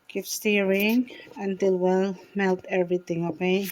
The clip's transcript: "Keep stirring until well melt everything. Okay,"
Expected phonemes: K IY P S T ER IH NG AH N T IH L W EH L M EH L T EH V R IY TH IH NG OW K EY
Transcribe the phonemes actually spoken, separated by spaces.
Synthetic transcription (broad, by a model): K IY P S T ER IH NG AH N T IH L W EH L M EH L T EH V R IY T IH NG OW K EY